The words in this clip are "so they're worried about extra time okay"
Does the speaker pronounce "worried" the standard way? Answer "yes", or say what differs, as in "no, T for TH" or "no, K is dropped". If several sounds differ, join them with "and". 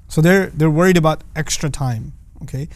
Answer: yes